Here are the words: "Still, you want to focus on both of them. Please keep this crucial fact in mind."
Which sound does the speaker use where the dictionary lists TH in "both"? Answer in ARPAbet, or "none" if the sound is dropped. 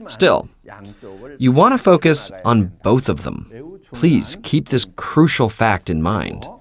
TH